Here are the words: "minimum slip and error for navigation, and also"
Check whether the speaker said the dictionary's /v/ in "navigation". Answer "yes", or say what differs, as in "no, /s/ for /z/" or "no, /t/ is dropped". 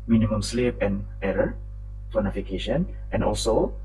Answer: no, /f/ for /v/